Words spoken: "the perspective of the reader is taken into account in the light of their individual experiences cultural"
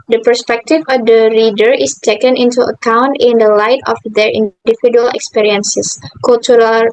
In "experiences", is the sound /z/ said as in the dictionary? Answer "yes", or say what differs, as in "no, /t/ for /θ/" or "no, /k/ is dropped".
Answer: no, /s/ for /z/